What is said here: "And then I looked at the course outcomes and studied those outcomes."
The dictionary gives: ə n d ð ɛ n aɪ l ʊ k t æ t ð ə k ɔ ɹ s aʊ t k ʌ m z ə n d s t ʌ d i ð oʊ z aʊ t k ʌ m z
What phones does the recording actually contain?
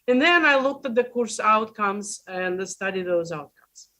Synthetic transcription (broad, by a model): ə n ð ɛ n aɪ l ʊ k t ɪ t ð ə k ɔ ɹ s aʊ t k ʌ m z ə n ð s t ʌ d i ð oʊ z aʊ t k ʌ m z